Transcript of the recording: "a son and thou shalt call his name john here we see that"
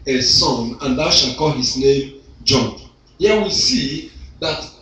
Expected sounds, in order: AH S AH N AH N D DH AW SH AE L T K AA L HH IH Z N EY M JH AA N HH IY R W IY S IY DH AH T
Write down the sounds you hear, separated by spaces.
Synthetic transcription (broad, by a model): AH S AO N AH N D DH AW SH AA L K AA L HH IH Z N EY M JH AA N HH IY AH W IY S IY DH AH T